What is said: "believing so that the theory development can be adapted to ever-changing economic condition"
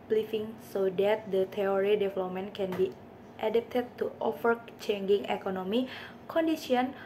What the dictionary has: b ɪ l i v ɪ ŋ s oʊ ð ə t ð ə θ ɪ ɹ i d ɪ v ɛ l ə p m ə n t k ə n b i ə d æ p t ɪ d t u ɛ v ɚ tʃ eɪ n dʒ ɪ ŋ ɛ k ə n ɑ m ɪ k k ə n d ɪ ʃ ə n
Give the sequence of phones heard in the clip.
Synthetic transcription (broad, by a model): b l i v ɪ ŋ s oʊ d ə t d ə t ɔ ɹ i d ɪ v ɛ l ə p m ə n k ə n b i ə d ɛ p t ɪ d t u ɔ f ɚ tʃ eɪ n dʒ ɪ ŋ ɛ k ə n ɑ m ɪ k k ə n d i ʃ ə n